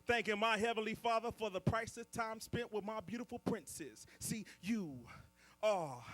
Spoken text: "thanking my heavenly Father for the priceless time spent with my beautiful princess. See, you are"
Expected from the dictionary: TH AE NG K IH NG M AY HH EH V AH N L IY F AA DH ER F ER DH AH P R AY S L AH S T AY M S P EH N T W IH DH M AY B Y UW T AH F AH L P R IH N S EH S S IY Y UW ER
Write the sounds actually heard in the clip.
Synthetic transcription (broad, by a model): TH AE NG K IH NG M AY HH EH V AH N L IY F AA DH ER F ER DH AH P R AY S AH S T AY M S P EH N T W IH DH M AY B Y UW T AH F L P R IH N S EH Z S IY Y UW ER